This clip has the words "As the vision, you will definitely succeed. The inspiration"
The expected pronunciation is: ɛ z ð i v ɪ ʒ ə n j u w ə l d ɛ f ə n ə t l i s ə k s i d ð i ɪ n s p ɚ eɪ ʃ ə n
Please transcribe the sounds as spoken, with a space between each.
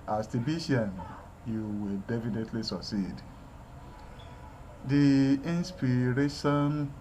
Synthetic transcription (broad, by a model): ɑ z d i b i ʃ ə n j u w ə l d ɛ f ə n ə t l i s ə k s i d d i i n s p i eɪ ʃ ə n